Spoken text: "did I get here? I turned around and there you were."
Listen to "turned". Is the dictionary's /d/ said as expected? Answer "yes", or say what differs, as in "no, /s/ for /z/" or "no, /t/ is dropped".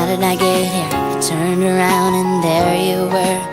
yes